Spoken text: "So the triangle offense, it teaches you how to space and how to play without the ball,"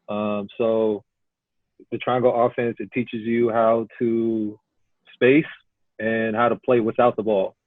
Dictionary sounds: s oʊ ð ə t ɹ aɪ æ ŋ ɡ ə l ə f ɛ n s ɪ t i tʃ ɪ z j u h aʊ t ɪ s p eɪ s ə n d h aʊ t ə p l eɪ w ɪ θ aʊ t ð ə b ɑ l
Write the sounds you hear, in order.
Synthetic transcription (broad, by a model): s oʊ ð ə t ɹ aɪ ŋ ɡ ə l ə f ɛ n s ɪ t i tʃ ɪ z j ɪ h aʊ t ɪ s p eɪ s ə n h aʊ t ə p l eɪ w ɪ θ aʊ t ð ə b ɑ l